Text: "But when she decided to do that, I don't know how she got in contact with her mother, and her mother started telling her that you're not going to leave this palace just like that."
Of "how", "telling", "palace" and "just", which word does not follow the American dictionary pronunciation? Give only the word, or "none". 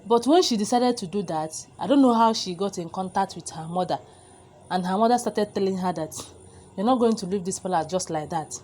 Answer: palace